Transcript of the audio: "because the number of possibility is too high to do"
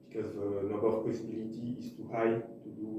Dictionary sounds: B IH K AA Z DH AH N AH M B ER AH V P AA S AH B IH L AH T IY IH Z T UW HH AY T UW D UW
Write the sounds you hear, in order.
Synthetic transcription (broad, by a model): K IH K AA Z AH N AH B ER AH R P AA S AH B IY L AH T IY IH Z T UW HH AY T UW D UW